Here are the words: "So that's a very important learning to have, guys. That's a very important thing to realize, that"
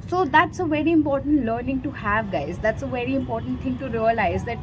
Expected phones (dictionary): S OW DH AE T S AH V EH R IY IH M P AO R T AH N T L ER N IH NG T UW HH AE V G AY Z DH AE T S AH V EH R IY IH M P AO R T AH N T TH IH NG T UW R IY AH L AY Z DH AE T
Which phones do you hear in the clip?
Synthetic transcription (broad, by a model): S OW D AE T S AH V EH R IY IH M P AO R T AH N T L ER N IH NG T UW HH AE V G AY Z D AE T S AH V EH R IY IH M P AO R T AH N T T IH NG T UW R IY AH L AY Z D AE T